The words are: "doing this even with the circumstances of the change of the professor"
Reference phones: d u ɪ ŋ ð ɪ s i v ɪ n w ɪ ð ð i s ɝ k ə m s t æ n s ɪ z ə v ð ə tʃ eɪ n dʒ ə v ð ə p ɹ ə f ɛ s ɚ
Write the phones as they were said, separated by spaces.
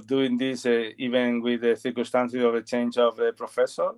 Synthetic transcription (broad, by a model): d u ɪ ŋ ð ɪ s i v ɪ n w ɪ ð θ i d k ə s t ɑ n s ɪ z ə v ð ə tʃ eɪ n dʒ ə v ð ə p ɹ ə f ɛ s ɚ